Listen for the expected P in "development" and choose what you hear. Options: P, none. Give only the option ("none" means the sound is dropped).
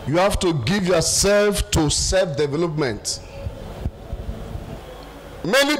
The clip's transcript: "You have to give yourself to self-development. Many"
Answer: P